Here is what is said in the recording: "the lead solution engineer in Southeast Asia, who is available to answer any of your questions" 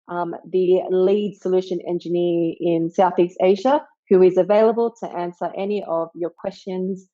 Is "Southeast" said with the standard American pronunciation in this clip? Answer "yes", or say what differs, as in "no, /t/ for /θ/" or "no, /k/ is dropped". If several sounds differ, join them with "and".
yes